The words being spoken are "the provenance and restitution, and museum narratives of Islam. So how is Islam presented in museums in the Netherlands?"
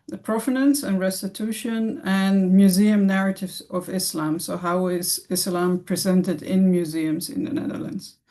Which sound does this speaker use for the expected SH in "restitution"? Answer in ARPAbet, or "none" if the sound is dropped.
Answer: SH